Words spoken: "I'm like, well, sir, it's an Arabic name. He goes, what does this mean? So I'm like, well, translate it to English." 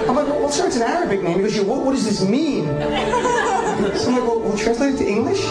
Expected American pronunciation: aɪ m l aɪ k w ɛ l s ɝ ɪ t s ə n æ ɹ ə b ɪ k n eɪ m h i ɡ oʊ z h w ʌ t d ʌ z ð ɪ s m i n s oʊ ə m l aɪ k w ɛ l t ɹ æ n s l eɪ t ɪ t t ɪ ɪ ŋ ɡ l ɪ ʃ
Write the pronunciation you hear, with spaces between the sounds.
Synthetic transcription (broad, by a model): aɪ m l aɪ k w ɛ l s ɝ ɪ t s ə n æ ɹ ə b ɪ k n eɪ m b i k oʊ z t w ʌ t d ʌ z ð ɪ s m i n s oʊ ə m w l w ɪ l t ɹ æ n s l eɪ t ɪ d t ɪ ɪ ŋ ɡ l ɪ ʃ